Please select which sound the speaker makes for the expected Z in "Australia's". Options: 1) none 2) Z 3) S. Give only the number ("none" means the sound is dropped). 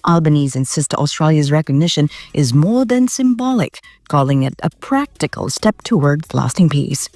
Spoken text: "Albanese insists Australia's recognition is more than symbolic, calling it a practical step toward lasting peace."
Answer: 2